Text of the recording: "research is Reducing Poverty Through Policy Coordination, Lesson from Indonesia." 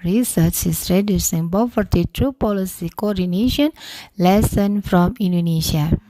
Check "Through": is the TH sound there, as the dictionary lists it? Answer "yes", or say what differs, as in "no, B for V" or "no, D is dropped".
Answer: no, T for TH